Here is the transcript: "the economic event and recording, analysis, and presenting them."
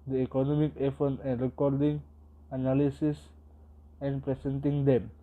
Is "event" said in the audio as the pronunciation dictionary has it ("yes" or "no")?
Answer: no